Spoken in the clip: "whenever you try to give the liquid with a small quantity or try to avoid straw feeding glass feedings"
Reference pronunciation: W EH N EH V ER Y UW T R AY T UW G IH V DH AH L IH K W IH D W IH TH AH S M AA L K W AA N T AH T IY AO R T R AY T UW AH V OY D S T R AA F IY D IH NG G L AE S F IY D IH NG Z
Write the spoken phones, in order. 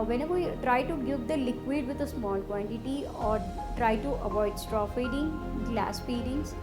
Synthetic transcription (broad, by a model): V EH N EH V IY T R AY T UW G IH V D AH L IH K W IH D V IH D AH S M AA L K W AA N T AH T IY AO R T R AY T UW AH V OY D S T R AA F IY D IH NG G L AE S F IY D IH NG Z